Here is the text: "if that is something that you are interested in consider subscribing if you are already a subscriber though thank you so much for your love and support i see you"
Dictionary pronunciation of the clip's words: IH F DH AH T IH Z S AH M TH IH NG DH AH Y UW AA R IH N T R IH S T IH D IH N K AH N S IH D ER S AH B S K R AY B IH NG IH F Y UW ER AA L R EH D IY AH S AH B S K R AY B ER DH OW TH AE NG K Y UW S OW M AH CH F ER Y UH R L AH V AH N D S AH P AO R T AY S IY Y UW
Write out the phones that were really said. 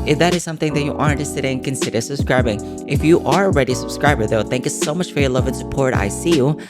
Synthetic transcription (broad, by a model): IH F DH AH T IH Z S AH M TH IH NG DH AH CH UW AA R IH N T IH S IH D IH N K AH N S IH D ER S AH B S K R AY B IH NG IH F Y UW ER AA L R EH D IY S AH B S K R AY B ER DH OW TH AE NG K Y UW S OW M AH CH F ER Y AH R L AH V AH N S AH P AO R T AY S IY Y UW